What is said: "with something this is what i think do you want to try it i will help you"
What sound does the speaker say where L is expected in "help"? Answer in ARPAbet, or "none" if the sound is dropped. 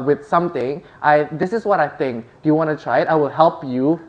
L